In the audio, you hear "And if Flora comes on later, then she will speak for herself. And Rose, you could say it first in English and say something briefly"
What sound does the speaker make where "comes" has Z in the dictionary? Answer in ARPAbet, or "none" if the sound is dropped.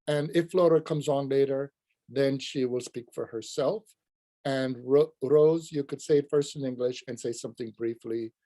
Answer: Z